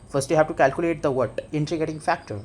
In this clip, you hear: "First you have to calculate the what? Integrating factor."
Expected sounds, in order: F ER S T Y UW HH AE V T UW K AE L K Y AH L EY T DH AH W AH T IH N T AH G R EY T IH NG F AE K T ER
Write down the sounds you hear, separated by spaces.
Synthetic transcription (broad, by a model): F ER S T Y UW HH AE V T UW K AE L K Y AH L EY T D AH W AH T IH N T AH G EY T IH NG F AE K T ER